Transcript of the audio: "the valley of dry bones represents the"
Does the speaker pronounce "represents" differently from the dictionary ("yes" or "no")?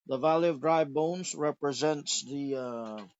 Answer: no